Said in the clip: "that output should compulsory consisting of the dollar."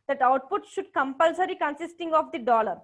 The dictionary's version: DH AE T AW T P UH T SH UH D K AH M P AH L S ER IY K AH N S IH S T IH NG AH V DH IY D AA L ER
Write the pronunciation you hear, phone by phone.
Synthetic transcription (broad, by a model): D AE T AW T P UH T SH UH D K AH M P AH L S ER IY K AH N S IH S T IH NG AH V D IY D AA L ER